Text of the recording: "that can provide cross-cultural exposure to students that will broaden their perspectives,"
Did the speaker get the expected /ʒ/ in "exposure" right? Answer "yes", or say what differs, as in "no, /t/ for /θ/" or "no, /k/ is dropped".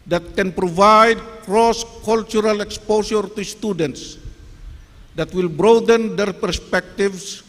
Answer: no, /s/ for /ʒ/